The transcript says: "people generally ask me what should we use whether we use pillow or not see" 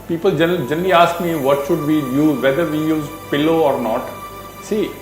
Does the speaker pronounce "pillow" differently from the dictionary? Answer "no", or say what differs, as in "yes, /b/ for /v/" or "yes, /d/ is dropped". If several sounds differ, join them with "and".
no